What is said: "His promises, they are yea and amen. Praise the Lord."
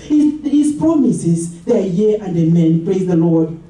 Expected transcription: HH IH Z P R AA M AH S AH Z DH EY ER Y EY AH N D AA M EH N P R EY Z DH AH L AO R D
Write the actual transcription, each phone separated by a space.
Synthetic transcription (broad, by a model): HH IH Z P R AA M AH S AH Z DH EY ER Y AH N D AA M EH N P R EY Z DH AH L AO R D